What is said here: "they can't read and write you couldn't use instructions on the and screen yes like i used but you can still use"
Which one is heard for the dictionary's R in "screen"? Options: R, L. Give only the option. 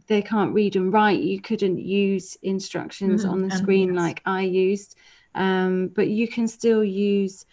R